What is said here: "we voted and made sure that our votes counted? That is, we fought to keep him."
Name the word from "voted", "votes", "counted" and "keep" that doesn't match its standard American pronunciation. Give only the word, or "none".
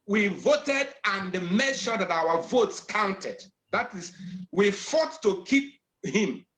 none